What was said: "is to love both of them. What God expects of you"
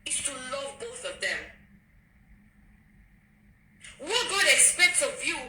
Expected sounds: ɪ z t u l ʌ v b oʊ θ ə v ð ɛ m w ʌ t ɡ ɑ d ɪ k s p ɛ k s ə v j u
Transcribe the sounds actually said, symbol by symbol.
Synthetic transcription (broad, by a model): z t u l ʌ v b oʊ θ ə v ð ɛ m w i ɡ ɑ d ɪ k s p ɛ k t ə v j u